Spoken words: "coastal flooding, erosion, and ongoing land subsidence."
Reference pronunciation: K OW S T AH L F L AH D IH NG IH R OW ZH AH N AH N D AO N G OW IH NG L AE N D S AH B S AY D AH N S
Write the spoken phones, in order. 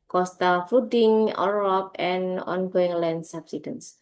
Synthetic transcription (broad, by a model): K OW S T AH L F UW D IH NG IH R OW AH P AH N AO N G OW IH NG L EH N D S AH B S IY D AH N S